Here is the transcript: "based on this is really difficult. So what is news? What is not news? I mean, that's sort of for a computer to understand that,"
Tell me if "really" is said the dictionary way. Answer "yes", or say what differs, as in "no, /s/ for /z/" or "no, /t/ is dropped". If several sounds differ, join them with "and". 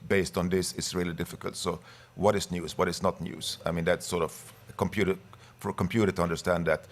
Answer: yes